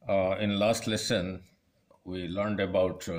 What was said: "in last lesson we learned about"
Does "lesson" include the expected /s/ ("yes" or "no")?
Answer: yes